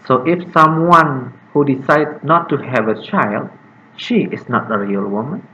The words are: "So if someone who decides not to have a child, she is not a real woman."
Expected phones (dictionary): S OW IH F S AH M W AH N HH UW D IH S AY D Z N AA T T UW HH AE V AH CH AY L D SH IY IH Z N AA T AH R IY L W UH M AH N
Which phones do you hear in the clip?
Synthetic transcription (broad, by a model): S OW IH F S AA M W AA N HH UW D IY S AY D N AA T T UW HH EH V AH CH AY L D SH IY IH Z N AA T AH R IY L W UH M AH N